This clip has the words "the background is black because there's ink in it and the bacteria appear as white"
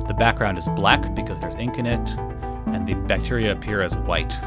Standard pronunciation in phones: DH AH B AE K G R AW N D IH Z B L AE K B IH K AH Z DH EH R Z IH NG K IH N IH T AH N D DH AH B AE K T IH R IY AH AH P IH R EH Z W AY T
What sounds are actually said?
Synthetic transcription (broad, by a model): DH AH B AE K G R AW N D IH Z B L AE K B IH K AH Z DH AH R Z IH NG K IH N IH T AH N DH AH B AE K T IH R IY AH P IH R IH Z W AY T